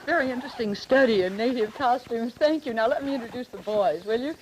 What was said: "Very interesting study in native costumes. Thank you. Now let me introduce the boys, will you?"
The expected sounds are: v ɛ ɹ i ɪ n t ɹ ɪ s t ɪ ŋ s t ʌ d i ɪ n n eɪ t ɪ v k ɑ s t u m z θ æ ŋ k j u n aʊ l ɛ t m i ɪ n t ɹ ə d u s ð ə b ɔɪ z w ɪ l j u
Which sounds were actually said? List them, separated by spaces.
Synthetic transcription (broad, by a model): v ɛ ɹ i ɪ n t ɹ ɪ s t ɪ ŋ s t ʌ d i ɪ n n eɪ t ɪ v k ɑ s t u m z θ æ ŋ k j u n aʊ l ɛ t m i ɪ n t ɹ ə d u s ð ə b ɔɪ z w ɪ l j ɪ